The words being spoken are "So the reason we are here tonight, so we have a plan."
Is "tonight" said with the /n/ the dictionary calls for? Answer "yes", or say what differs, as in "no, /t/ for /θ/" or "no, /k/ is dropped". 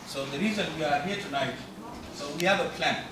yes